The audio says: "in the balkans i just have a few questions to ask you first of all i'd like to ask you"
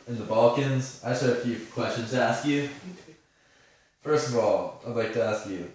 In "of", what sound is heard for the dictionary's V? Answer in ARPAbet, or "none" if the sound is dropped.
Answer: V